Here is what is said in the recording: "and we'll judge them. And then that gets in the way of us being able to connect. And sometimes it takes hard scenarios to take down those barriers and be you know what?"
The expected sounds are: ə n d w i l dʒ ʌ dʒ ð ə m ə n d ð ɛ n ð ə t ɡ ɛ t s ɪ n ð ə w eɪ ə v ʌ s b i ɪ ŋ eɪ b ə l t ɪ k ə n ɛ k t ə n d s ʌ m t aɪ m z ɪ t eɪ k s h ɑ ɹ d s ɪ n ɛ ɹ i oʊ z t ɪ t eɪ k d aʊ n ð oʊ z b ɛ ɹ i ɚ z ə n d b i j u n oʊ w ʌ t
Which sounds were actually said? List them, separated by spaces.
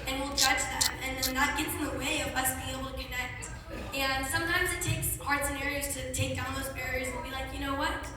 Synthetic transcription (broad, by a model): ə n w i l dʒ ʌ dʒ ð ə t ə n ð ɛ n ð ə t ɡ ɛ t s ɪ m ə w eɪ ə v ʌ s b i ɪ ŋ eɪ b l t ɪ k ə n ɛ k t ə n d s ʌ m t aɪ m z ɪ t eɪ k s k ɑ ɹ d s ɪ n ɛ ɹ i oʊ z t ɪ t eɪ k d aʊ n ð oʊ z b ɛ ɹ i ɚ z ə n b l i j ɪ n oʊ w ʌ t